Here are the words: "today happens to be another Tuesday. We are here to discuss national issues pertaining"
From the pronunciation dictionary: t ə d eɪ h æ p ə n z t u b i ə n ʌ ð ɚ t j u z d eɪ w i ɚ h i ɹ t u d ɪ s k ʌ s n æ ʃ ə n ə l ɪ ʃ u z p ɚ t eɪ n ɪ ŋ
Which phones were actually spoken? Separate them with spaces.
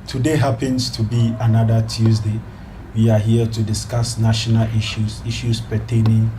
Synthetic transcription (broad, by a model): t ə d eɪ h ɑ p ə n s t u b i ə n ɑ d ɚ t j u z d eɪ w i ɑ h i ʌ t u d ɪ s k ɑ s n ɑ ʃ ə n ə l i ʃ u s p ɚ t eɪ n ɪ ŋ